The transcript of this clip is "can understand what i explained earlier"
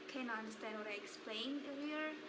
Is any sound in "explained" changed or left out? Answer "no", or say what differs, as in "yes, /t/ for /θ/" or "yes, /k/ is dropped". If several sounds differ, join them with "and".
yes, /d/ is dropped